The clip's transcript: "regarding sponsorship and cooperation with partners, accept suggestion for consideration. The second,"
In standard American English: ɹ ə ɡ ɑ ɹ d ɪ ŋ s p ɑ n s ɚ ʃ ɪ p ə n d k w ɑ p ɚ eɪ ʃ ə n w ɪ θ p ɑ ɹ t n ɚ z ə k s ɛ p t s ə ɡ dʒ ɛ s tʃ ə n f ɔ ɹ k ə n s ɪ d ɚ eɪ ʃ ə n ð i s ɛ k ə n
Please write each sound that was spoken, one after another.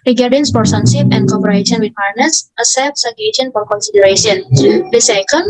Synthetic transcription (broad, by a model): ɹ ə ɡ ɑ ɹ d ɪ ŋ s f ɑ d s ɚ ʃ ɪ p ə n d k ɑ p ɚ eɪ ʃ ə n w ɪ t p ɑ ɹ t n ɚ s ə s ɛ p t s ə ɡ ɛ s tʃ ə n f ɔ ɹ k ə n s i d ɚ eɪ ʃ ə n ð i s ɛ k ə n